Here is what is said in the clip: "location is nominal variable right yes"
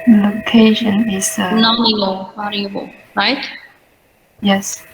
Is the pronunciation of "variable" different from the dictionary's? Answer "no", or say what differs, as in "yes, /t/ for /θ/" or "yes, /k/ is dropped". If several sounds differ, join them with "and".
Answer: yes, /l/ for /ɹ/